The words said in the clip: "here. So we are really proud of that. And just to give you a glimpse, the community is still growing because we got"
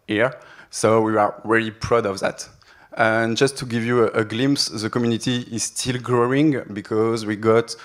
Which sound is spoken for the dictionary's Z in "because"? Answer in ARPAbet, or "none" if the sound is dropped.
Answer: Z